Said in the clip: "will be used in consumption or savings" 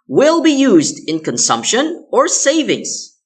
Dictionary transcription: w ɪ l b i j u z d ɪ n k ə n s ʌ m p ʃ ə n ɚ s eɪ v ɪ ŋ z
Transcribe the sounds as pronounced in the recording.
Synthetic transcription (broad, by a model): w ɪ l b i j u z d ɪ n k ə n s ʌ m p ʃ ə n ɚ s eɪ v ɪ ŋ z